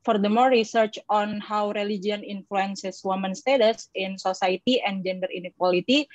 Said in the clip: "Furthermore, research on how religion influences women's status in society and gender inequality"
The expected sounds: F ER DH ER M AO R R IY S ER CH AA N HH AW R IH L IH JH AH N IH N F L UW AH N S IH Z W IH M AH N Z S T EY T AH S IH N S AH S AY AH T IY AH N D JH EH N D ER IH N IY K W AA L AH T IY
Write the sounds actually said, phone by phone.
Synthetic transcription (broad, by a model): F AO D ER M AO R R IY S ER CH AA N HH AW R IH L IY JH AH N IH N F L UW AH N S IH S W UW M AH N S T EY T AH S IH N S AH S AY T IY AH N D JH EH N D ER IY N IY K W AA L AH T IY